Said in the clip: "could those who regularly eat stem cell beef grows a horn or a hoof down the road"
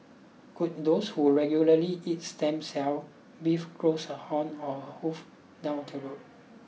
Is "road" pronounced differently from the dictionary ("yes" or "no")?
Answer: yes